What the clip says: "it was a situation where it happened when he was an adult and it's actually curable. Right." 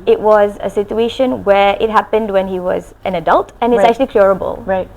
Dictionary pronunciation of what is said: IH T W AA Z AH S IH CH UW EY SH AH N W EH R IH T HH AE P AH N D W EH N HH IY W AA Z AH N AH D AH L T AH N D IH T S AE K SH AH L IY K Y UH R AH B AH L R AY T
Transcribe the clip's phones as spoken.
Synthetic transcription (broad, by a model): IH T W AA Z AH S IH CH UW EY SH AH N W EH R IH T HH AE P AH N D W EH N HH IY W AA Z AH N AH D AH L T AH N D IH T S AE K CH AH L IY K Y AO R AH B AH L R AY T